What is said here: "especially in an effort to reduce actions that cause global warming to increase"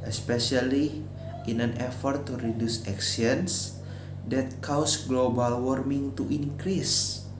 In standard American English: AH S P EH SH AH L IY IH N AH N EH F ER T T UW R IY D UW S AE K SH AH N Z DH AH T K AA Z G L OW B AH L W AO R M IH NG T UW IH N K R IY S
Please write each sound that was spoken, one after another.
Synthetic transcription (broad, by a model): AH S P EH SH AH L IY IH N AH N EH F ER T T UW R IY D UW S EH K S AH N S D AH T K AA S G L OW B AH L W AO R M IH NG T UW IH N K R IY S